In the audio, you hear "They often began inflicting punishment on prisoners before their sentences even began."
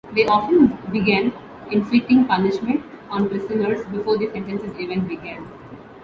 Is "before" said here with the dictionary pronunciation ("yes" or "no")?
yes